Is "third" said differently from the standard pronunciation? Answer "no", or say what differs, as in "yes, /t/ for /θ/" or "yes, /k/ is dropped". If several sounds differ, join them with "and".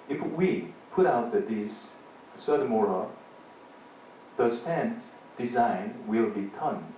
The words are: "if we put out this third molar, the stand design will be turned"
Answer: yes, /s/ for /θ/